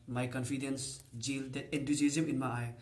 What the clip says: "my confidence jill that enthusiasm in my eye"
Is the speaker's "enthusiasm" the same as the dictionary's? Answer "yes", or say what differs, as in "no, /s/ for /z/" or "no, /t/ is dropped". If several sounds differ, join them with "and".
no, /t/ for /θ/